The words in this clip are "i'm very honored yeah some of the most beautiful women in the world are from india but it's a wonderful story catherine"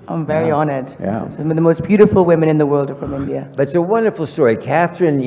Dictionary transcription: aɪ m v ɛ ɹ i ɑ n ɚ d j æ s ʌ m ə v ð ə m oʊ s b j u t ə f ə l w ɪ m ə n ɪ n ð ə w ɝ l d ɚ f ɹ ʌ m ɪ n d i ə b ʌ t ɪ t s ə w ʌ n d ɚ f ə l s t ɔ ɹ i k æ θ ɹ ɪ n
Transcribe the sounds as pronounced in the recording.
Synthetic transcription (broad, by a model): aɪ m v ɛ ɹ i ɑ n ɚ d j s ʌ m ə ð ə m oʊ s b j u t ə f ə l w ɪ m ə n ɪ n ð ə w ɝ l d ɚ f ɹ ʌ m ɪ n d i ə b ʌ t ɪ t s ə w ʌ n d ɚ f l s t ɔ ɹ i k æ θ ɹ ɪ n